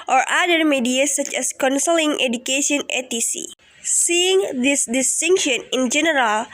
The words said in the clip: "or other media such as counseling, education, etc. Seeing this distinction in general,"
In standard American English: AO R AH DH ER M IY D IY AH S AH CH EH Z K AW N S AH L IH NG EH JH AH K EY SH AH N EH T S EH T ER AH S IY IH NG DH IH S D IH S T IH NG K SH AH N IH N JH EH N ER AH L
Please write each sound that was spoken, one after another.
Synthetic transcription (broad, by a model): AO R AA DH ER M IY D IY AH S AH CH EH S K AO N S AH L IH NG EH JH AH K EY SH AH N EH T IY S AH S IY IH NG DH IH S D IH S T IH NG K SH AH N IH N JH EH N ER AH L